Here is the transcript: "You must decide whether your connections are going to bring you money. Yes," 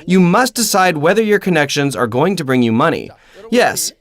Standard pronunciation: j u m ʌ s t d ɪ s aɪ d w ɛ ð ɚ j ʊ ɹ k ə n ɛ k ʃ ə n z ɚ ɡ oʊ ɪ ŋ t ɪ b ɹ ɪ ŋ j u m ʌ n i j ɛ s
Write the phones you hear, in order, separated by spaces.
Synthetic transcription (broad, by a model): j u m ʌ s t d ɪ s aɪ d w ɛ ð ɚ j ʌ ɹ k ə n ɛ k ʃ ə n z ɚ ɡ oʊ ɪ ŋ t ɪ b ɹ ɪ ŋ j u m ʌ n i j ɛ s